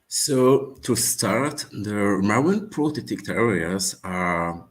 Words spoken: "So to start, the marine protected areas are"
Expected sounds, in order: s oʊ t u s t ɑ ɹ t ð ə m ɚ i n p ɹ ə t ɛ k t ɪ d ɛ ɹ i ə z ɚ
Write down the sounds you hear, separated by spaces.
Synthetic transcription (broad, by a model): s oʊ t u s t ɑ ɹ t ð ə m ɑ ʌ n p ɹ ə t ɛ t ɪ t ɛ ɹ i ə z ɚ